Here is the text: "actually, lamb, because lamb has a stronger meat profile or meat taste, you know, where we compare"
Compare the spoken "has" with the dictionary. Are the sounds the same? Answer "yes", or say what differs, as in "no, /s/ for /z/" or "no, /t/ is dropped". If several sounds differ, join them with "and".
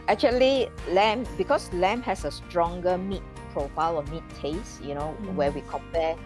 no, /s/ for /z/